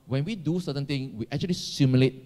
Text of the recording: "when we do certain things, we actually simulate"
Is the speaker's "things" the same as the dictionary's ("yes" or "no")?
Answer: no